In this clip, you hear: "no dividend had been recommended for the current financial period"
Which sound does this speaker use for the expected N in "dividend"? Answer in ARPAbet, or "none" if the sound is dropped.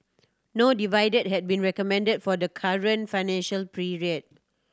none